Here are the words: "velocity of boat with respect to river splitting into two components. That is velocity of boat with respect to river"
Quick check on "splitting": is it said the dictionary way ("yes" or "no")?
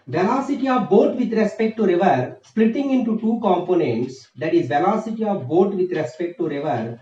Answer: yes